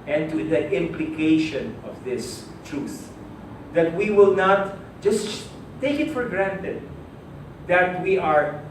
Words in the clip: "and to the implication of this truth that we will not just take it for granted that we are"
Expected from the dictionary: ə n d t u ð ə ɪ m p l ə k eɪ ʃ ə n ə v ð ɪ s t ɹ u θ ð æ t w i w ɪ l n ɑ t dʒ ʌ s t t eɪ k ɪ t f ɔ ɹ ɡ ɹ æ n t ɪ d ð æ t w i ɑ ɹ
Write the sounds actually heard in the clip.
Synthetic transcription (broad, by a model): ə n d t u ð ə ɪ m p l ə k eɪ ʃ ə n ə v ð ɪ s t ɹ u θ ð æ t w i w ɪ l n ɑ t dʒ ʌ s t t eɪ k ɪ t f ɔ ɹ ɡ ɹ æ n t ɪ d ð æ t w i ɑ ɹ